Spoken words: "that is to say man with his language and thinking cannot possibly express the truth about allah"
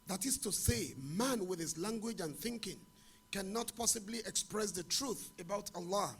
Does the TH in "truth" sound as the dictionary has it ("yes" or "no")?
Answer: yes